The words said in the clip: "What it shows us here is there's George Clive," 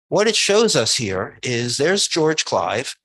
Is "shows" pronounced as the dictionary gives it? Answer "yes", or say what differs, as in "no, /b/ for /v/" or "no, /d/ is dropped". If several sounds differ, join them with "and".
yes